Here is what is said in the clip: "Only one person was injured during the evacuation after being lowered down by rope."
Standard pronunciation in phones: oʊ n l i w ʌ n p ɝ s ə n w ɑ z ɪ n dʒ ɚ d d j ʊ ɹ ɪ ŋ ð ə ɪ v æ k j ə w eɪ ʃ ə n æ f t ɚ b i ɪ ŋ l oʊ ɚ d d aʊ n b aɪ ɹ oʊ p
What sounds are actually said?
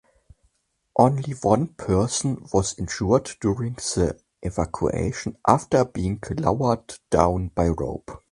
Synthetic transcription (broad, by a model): oʊ n l i w ʌ n p ɝ s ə n w ɑ z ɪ n ʃ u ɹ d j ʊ ɹ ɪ ŋ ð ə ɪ v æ k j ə eɪ ʃ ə n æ f t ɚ b i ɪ ŋ l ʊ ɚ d d aʊ n b aɪ ɹ oʊ p